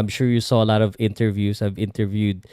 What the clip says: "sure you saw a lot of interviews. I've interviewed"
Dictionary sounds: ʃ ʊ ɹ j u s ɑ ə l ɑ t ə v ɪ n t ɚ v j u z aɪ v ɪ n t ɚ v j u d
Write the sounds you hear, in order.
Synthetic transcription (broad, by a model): ʃ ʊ ɹ j u s ɑ ə l ɑ t ə v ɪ n t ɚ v j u s aɪ v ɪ n t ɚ v j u d